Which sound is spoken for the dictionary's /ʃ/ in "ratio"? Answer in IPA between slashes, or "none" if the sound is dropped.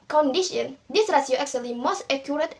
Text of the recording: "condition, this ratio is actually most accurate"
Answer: /s/